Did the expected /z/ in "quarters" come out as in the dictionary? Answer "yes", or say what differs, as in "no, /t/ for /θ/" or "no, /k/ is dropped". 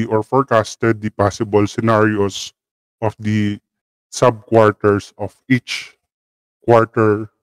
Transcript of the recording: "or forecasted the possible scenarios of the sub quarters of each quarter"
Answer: no, /s/ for /z/